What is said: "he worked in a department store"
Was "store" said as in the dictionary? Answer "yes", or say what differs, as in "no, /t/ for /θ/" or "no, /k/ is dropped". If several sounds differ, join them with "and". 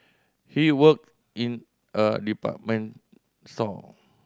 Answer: no, /l/ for /ɹ/